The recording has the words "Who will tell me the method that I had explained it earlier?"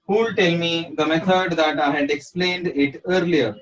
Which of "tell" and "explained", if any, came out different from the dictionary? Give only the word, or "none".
none